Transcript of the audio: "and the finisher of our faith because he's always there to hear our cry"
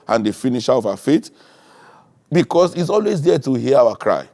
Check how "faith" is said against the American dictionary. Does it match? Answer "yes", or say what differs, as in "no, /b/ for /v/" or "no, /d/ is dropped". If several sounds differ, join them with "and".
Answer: no, /t/ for /θ/